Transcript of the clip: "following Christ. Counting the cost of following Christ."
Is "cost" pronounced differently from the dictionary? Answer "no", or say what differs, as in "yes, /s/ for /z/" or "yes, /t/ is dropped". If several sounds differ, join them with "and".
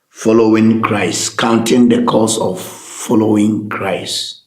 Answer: yes, /t/ is dropped